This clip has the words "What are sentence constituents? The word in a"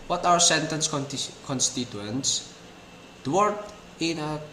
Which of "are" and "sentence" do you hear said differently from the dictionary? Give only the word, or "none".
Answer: are